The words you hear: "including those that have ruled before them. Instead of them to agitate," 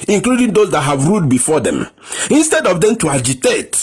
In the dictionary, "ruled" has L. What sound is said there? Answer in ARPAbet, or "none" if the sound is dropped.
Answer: none